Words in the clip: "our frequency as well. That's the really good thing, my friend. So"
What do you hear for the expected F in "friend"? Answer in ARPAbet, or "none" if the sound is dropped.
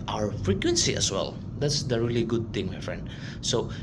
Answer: F